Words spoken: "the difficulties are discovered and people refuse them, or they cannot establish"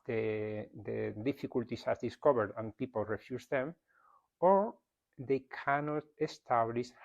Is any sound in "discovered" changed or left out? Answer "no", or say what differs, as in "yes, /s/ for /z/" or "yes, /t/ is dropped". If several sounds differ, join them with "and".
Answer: yes, /b/ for /v/